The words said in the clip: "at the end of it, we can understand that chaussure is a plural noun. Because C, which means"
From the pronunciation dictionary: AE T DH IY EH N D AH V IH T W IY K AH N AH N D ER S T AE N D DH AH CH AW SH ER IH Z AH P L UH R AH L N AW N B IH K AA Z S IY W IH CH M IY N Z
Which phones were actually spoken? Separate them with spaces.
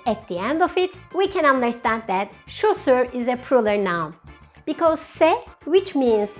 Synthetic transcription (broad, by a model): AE T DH IY EH N D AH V IH T W IY K AH N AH N D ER S T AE N D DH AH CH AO S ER IH Z AH P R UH L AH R N AW N B IH K AA Z S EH W IH CH M IY N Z